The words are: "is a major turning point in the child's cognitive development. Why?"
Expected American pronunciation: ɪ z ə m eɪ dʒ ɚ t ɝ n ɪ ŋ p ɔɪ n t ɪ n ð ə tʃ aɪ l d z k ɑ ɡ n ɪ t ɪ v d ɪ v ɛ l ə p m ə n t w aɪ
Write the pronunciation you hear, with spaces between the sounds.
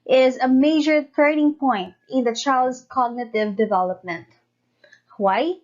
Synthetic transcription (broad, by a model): ɪ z ə m eɪ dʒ ɚ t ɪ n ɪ ŋ p ɔɪ n t ɪ n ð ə tʃ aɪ l d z k ɑ ɡ n ɪ t ɪ v d ɪ v ɛ l ə p m ə n t w aɪ